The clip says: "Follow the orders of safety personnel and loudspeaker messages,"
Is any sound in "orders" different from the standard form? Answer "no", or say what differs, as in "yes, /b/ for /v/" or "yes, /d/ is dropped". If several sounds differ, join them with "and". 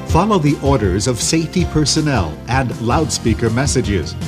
no